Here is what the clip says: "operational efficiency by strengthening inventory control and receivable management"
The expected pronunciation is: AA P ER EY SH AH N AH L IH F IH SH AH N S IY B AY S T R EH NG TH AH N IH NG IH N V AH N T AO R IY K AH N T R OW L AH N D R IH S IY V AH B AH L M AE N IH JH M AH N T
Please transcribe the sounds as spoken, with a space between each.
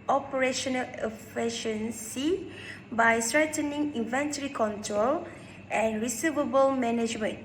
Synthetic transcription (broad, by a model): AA P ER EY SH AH N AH L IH F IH SH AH N S IY B AY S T R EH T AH N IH NG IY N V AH N T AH R IY K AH N T R OW L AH N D R IH S IY V AH B AH L M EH N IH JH M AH N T